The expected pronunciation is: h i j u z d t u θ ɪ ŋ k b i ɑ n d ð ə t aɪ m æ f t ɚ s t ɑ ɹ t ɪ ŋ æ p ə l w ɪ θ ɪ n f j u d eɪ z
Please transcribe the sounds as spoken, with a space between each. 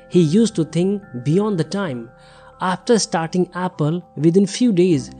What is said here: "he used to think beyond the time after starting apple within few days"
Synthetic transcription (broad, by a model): h i j u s t u t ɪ ŋ k b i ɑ n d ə t aɪ m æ f t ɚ s t ɑ ɹ t ɪ ŋ æ p ə l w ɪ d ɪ n f j u d eɪ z